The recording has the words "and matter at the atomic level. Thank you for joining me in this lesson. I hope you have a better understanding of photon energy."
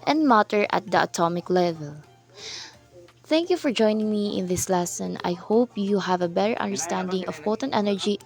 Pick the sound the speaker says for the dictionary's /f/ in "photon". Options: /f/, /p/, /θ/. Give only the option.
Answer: /p/